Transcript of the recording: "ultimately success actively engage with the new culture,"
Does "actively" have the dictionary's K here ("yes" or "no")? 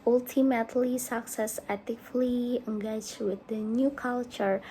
no